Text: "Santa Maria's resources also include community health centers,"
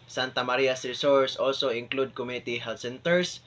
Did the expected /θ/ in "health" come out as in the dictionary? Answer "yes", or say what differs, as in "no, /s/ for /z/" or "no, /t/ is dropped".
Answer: no, /t/ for /θ/